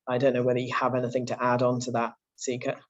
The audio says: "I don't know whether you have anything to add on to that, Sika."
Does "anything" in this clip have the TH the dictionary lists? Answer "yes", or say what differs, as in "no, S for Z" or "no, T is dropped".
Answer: yes